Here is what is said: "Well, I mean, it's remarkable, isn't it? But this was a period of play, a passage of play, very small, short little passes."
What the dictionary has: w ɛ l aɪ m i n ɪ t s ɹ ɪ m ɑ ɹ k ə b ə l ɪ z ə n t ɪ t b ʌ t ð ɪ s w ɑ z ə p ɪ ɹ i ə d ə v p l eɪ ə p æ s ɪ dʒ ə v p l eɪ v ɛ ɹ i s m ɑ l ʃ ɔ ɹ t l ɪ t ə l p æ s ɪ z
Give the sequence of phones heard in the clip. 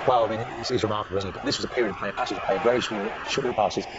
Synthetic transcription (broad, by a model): w ɛ l aɪ m i n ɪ s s ɹ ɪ m ɑ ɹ k ə b l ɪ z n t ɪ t b ʌ t ð ɪ s w ɑ z ə p ɪ ɹ i ə d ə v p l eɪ ə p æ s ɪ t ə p eɪ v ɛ ɹ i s ɑ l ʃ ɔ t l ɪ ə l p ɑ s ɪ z